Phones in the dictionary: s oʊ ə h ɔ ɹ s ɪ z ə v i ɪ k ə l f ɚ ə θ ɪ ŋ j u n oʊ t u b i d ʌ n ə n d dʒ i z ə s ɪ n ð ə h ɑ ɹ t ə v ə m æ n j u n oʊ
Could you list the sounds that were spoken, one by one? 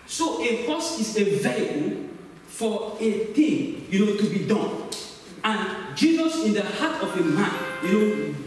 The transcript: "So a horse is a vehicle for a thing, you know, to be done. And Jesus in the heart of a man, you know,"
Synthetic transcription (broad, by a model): s oʊ ə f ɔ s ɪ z ə v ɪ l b f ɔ ə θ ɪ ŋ j u n oʊ t u b i d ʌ n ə n dʒ i z ə s ɪ n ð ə h ɑ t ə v ə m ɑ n j u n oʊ